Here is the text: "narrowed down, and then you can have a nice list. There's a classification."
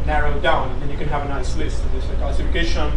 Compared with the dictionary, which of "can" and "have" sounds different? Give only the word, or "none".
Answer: none